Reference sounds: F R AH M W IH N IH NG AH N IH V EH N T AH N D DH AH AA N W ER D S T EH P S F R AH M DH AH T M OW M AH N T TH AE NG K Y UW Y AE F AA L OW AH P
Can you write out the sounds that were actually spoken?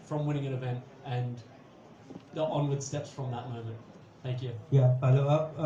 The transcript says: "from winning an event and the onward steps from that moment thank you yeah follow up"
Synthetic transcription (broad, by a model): F R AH M W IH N IH NG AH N IH V EH N T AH N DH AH AA N W ER D S T EH P S F R AH M DH AH T M OW M AH N T TH AE NG K Y UW Y AE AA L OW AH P